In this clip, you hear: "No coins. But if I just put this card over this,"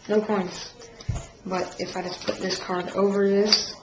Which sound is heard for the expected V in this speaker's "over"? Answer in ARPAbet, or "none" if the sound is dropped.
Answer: V